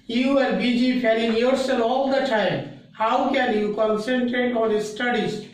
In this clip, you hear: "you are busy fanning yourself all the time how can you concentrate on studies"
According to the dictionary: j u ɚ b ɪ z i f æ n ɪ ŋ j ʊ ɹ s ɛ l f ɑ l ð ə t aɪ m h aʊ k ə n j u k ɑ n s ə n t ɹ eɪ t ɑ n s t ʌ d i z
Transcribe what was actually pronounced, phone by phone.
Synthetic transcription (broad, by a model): j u ɚ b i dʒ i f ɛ l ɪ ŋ j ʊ ɹ s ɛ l ɑ l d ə t aɪ m h aʊ k ə n j u k ɑ n s ə n t ɹ eɪ t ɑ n s t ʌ d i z